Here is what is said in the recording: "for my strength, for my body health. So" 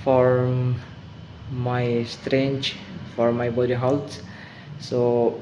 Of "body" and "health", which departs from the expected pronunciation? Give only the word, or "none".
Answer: health